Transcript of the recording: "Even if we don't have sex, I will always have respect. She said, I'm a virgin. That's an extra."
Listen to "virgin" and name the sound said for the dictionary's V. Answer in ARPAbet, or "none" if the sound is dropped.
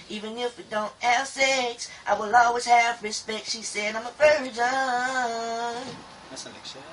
B